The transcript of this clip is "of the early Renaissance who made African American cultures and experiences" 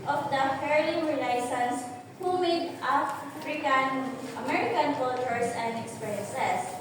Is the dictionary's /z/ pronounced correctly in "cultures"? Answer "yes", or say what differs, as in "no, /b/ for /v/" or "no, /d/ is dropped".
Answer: no, /s/ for /z/